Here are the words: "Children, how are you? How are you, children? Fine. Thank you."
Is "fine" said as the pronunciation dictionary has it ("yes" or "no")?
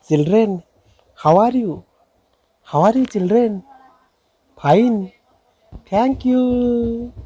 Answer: no